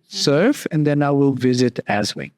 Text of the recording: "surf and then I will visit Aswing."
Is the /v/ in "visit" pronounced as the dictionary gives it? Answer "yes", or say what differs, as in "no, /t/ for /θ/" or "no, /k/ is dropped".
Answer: yes